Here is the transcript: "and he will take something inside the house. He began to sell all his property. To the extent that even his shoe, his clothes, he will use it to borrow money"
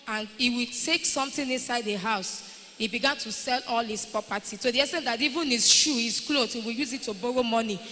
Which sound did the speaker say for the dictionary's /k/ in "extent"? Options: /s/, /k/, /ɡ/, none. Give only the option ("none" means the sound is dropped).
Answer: none